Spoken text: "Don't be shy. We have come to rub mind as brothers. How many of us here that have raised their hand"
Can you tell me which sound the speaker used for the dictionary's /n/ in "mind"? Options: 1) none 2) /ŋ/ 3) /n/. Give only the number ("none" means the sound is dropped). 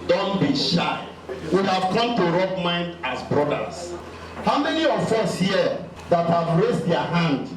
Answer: 3